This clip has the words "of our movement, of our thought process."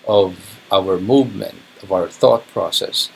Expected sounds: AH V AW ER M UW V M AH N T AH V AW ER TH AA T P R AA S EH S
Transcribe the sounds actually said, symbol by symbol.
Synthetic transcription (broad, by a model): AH V AW ER M UW V M AH N T AH V AW ER TH AA T P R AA S EH S